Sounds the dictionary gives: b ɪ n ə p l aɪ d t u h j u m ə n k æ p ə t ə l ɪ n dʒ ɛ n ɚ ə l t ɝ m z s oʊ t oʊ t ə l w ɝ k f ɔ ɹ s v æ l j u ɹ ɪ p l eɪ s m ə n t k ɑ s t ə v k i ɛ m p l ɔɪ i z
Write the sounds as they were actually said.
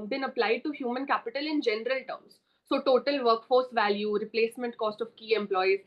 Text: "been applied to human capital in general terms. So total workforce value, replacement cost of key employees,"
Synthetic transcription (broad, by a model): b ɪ n ə p l aɪ d t u h j u m ə n k æ p ə t ə l ɪ n dʒ ɛ n ɚ ə l t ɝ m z s oʊ t oʊ t ə l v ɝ k f ɔ ɹ s v æ l j u ɹ ɪ p l eɪ s m ə n t k ɑ s t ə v k i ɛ m p l ɔɪ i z